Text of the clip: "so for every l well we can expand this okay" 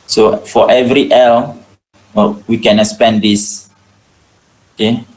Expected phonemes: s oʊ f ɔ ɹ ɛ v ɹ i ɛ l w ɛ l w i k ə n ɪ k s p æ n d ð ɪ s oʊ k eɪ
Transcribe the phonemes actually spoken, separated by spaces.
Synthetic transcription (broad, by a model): s oʊ f ɔ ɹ ɛ v ɹ i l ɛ l w i k ə n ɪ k s p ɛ n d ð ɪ s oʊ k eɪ